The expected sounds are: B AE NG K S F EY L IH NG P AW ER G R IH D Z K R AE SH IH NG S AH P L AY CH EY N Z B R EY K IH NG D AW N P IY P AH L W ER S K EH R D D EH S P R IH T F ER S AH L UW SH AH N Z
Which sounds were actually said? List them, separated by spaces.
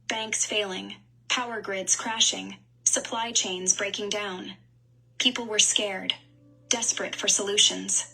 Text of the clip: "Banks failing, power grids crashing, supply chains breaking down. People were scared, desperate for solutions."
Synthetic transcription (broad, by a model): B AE NG K S F EY L IH NG P AW ER G R IH D Z K R AE SH IH NG S AH P L AY CH EY N Z B R EY K IH NG D AW N P IY P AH L W ER S K EH R D D EH S P R IH T F ER S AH L UW SH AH N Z